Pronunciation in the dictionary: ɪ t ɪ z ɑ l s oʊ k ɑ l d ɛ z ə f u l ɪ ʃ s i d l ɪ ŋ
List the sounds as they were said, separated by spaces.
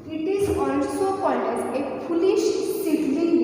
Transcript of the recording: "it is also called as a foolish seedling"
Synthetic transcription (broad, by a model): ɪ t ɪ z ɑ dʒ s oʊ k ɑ d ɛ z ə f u l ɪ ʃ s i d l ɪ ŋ